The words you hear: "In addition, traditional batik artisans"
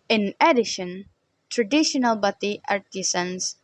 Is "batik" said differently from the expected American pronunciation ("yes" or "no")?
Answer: yes